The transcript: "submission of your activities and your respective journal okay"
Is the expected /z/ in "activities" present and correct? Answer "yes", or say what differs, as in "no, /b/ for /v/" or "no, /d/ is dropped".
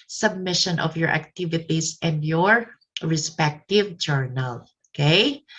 no, /s/ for /z/